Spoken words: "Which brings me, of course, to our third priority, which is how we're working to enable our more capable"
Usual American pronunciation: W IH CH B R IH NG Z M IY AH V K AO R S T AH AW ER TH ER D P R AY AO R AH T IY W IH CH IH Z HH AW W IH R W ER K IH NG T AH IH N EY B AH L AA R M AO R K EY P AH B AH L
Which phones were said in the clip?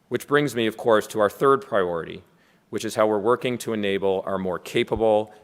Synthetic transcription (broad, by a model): W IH CH B R IH NG Z M IY AH V K AO R S T AH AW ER TH ER D P R AY AO R AH T IY W IH CH IH Z HH AW W IH R W ER K IH NG T AH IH N EY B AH L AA R M AO R K EY P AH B L